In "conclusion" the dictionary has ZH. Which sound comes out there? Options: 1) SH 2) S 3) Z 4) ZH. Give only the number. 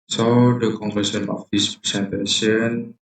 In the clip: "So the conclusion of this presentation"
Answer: 2